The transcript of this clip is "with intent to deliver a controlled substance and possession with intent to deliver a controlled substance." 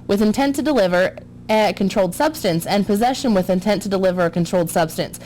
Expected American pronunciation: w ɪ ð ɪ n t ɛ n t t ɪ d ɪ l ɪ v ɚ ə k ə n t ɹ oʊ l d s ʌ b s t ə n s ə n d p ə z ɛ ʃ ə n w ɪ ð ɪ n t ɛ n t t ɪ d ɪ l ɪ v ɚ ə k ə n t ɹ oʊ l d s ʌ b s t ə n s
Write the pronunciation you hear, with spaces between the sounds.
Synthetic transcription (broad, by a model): w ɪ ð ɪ n t ɛ n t t ɪ d ɪ l ɪ v ɚ ə k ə n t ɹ oʊ l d s ʌ b s t ə n s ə n p ə z ɛ ʃ ə n w ɪ ð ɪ n t ɛ n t t ɪ d ɪ l ɪ v ɚ ə k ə n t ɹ oʊ l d s ʌ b s t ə n s